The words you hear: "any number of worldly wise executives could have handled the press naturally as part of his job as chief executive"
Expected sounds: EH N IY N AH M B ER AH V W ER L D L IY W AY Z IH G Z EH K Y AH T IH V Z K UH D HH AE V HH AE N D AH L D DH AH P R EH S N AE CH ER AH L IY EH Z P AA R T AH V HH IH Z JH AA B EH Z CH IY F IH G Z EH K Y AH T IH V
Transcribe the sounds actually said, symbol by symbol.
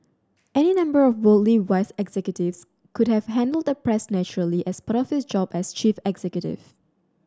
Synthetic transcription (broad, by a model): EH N IY N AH M B ER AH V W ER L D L IY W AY S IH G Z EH K Y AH T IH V S K UH D HH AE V HH AE N D AH L D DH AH P R EH S N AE CH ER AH L IY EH S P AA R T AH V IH S JH AA B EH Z CH IY F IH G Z EH K Y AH T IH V